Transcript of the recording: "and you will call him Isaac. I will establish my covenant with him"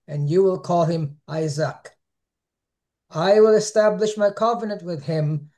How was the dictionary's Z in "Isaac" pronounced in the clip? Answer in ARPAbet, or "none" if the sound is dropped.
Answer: Z